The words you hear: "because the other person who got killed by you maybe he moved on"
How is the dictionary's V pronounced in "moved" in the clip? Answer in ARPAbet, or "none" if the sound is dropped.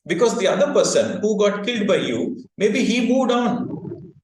none